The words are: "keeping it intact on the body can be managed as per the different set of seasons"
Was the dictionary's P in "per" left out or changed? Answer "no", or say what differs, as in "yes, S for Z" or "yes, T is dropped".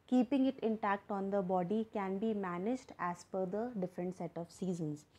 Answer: yes, F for P